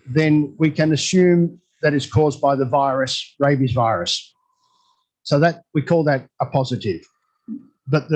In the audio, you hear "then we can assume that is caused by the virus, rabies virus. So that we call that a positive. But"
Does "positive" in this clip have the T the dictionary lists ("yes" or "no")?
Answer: yes